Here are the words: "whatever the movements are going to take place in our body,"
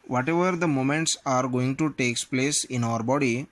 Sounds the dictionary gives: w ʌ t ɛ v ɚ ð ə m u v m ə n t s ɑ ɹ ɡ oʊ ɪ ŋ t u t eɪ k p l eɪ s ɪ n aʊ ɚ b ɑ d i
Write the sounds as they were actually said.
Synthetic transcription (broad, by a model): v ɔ t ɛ v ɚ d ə m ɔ m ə n t s ɑ ɹ ɡ oʊ ɪ ŋ t u t eɪ k p l eɪ s ɪ n aʊ ɚ b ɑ d i